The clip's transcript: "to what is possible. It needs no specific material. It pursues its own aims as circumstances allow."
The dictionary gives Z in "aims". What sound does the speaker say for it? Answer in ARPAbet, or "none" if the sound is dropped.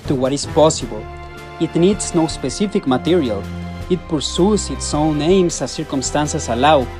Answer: S